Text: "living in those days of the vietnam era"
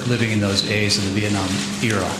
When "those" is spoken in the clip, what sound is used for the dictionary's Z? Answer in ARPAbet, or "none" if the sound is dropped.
Z